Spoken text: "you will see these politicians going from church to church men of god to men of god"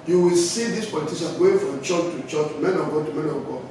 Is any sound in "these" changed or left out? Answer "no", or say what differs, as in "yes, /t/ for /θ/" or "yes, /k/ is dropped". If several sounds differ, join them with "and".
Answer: yes, /s/ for /z/